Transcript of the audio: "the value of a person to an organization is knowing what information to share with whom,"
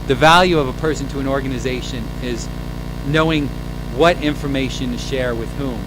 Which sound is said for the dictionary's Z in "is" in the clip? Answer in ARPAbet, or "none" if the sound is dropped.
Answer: Z